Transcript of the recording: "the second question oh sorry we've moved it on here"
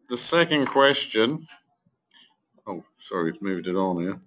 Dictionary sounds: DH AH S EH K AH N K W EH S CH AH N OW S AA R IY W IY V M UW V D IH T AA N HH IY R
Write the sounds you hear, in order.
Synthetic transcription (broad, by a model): DH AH S EH K AH N K W EH S CH AH N OW S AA R IY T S M UW V D IH T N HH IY